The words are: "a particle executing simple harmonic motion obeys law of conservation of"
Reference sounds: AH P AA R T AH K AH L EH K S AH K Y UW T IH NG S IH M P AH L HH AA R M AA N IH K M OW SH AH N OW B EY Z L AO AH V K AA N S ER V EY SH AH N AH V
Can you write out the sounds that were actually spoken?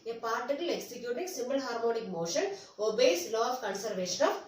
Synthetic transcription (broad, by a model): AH P AA R T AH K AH L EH K S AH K Y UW T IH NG S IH M B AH L HH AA R M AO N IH K M OW SH AH N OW B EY S L AO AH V K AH N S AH V EY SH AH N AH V